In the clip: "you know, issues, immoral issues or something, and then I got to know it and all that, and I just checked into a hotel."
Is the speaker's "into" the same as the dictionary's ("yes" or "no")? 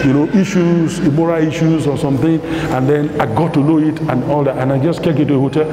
no